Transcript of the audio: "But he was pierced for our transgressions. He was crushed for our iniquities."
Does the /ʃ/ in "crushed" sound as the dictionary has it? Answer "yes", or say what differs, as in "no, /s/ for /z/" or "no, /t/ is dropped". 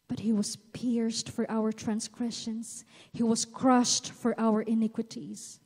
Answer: yes